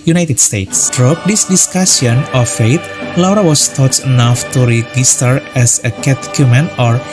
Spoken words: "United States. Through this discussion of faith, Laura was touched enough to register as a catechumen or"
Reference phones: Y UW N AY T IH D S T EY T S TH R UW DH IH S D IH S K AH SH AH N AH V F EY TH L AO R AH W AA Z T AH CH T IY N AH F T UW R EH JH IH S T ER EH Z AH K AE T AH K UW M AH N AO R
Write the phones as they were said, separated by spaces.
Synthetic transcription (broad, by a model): Y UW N AY T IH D S T EY T S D R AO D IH S D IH S K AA S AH N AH F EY T L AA R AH W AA S T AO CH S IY N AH F T UW R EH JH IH S T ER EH S AH K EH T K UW M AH N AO R